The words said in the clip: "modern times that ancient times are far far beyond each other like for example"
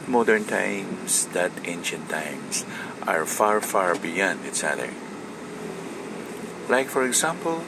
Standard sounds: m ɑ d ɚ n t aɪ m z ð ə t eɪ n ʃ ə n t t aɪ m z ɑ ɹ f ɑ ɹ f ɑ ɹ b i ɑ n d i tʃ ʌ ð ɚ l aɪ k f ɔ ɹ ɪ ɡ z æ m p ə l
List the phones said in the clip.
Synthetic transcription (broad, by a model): m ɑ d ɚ n t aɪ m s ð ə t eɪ n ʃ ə n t t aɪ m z ɑ ɹ f ɑ ɹ f ɑ ɹ b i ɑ n d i s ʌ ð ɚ l aɪ k f ɔ ɹ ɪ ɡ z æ m p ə l